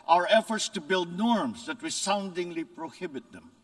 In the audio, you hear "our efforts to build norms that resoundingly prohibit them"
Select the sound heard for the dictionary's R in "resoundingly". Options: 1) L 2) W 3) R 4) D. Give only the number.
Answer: 2